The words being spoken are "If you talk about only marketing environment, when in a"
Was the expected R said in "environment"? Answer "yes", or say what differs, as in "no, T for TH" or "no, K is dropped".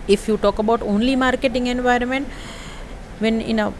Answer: yes